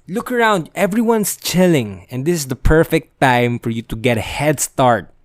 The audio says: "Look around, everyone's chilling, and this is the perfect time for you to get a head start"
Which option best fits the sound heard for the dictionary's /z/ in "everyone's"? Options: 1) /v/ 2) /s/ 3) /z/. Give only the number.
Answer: 2